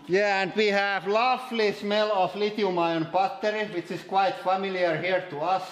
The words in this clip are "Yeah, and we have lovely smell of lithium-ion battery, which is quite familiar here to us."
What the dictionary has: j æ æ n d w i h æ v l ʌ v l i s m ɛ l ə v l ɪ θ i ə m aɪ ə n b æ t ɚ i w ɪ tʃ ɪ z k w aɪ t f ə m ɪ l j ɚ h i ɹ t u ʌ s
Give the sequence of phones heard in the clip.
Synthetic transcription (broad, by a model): j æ æ n d w i h æ v l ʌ f l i s m ɛ l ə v l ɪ t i m aɪ ə n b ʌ t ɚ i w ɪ tʃ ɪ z k w aɪ t f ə m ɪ l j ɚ h i ɹ t u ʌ s